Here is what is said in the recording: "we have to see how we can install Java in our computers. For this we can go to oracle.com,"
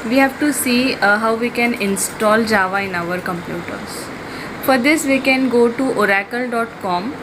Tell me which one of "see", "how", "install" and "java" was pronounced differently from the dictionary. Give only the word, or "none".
none